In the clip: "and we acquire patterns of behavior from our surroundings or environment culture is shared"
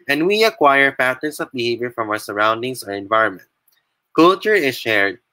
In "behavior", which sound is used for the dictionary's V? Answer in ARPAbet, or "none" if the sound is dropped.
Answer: V